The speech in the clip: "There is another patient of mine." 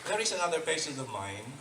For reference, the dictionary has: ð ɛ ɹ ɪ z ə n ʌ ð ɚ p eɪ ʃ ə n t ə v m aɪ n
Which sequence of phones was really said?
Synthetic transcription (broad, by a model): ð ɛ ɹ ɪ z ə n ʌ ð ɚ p eɪ s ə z ə v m aɪ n